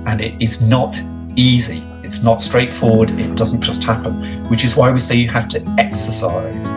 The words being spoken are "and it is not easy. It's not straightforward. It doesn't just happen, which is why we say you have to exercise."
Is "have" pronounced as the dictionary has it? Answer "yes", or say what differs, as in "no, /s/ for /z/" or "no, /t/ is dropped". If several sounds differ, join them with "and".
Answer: no, /f/ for /v/